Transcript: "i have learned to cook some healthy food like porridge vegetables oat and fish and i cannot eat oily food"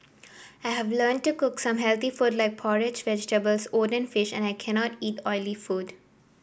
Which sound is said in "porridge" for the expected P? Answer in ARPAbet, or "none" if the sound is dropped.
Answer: P